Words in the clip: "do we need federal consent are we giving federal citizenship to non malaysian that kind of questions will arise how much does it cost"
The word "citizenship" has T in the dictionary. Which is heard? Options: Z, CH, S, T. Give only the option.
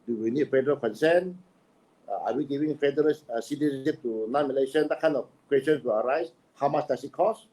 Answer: S